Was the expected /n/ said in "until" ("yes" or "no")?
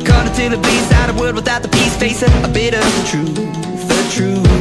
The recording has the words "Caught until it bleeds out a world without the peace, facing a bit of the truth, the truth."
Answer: no